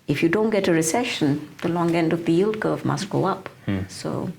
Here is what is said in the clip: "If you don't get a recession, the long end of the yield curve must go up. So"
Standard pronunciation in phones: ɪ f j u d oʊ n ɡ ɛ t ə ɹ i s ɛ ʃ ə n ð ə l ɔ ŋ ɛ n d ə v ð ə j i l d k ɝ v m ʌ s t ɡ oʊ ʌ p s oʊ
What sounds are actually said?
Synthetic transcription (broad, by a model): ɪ f j u d oʊ n ɡ ɛ t ə ɹ i s ɛ ʃ ə n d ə l ɔ ŋ ɛ n d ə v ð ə j i l d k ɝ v m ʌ s t ɡ oʊ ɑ p s oʊ